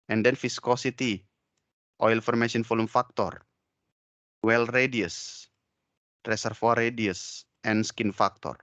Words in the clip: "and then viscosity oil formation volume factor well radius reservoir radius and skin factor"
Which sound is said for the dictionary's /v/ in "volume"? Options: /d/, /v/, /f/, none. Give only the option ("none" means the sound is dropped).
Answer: /f/